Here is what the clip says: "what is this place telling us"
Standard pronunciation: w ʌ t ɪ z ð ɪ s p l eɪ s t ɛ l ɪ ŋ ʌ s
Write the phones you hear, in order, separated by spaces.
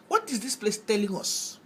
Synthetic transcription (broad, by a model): w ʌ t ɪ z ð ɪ s p l eɪ s t ɛ l ɪ ŋ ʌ s